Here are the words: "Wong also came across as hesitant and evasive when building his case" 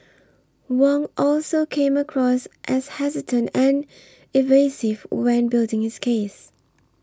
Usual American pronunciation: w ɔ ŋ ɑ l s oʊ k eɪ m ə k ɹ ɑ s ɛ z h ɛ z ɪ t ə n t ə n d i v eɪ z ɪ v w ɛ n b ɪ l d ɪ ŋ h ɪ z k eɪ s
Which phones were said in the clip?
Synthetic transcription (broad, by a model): w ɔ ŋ ɑ l s oʊ k eɪ m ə k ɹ ɑ s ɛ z h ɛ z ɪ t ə n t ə n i v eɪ s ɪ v w ɛ n b ɪ l d ɪ ŋ h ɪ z k eɪ s